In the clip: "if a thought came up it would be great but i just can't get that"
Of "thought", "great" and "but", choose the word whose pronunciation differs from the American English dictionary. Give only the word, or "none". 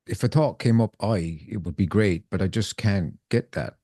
thought